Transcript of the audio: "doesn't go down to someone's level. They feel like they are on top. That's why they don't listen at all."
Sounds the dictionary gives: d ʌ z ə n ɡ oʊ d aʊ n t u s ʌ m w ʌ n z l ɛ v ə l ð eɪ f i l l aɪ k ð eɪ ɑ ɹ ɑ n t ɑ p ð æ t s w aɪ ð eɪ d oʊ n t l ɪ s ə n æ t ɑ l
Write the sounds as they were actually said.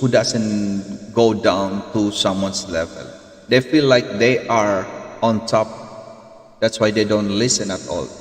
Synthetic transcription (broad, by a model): d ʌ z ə n ɡ oʊ d aʊ n t u s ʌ m w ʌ n s l ɛ v ə l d eɪ f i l l aɪ k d eɪ ɑ ɹ ɑ n t ɑ p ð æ t s w aɪ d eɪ d oʊ n t l ɪ s ə n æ t ɑ l